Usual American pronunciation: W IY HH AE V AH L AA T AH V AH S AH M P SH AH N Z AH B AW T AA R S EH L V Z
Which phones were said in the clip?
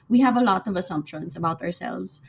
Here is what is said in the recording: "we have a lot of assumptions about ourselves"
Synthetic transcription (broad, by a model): W IY HH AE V AH L AA T AH V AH S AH M P SH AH N S AH B AW T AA R S EH L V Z